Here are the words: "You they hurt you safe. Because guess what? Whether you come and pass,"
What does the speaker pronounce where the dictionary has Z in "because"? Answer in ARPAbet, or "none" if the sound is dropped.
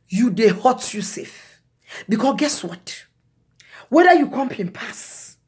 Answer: none